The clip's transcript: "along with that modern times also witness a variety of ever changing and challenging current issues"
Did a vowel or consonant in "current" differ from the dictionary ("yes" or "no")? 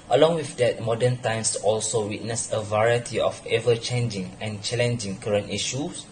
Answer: no